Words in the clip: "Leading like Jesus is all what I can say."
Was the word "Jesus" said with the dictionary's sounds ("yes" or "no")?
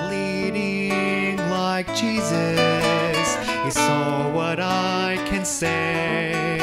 yes